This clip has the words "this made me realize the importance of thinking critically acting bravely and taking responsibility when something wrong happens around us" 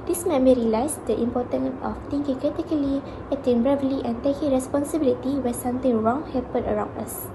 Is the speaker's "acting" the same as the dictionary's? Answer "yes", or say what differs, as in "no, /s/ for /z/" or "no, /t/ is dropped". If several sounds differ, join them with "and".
no, /k/ is dropped